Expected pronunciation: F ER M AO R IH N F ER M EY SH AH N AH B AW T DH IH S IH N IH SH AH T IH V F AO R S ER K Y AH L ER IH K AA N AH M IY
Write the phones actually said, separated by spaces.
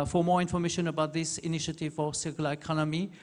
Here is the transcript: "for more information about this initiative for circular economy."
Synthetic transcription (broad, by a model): F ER M AO R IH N F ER M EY SH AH N AH B AW T DH IH S IH N IH SH AH T IH V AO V S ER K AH L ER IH K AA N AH M IY